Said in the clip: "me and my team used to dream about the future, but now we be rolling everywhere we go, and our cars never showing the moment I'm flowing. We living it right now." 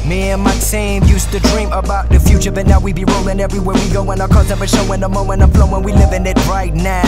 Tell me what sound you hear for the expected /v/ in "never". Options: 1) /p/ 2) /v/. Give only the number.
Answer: 1